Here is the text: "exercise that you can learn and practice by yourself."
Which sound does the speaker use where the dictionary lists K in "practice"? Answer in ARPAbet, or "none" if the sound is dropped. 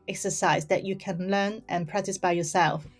K